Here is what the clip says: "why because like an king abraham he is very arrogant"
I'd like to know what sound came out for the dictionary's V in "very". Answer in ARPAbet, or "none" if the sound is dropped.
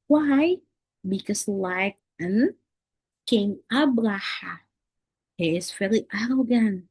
F